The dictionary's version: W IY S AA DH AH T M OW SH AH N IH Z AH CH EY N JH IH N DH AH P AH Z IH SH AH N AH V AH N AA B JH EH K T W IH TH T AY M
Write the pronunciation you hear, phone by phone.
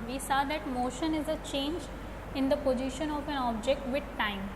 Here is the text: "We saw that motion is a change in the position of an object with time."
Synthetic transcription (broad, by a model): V IY S AA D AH T M OW SH AH N IH Z AH CH EY N JH IH N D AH P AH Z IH SH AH N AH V AH N AA B JH EH K T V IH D T AY M